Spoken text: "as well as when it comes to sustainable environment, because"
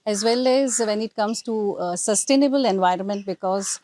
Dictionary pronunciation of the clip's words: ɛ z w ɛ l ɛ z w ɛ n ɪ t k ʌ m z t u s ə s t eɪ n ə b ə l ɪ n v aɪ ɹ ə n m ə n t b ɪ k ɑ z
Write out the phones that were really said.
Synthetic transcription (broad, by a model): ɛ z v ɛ l ɛ z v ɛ n ɪ t k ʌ m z t u s ə s t eɪ n ə b ə l ɪ n v aɪ ɹ ə n m ə n t b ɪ k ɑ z